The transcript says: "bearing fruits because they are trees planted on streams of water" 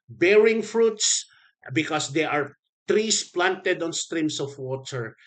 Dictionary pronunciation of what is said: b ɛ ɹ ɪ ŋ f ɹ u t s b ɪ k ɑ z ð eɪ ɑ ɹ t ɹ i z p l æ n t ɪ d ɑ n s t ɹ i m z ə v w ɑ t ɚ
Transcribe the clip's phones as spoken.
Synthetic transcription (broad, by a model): b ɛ ɹ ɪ ŋ f ɹ u t s b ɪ k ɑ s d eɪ ɑ ɹ t ɹ i s p l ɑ n t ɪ d ɑ n s t ɹ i m s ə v w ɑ t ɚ